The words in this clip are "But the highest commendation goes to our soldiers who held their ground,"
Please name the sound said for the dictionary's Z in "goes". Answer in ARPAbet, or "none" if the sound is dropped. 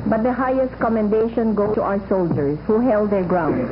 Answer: none